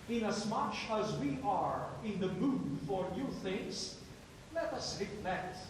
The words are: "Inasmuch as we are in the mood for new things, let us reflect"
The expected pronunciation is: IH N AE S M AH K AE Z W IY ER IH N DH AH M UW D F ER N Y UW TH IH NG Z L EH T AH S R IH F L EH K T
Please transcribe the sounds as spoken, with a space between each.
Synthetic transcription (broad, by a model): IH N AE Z M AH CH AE Z W IY ER IH N DH AH M UW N F ER N Y UW TH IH NG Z L EH T AH S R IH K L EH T